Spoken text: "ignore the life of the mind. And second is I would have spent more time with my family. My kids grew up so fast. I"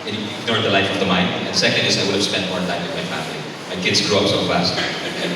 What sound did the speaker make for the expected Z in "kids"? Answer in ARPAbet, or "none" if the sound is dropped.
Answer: Z